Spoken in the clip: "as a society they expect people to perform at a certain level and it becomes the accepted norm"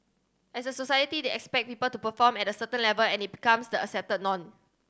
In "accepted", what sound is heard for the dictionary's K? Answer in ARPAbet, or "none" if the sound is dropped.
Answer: none